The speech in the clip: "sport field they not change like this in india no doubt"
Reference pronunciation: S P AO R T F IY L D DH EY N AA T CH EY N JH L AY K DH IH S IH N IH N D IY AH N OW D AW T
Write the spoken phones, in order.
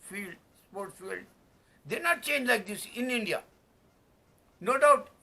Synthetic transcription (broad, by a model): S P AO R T F IY L D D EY N AA T CH EY N JH L AY K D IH S IH N IH N D IY AH N OW D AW T